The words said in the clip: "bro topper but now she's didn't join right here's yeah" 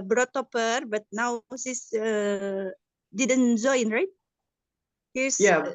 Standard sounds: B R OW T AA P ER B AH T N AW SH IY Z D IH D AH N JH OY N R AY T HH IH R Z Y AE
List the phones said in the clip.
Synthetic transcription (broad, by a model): B R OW T AA P ER B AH T N AW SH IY S D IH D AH N Z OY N R AY T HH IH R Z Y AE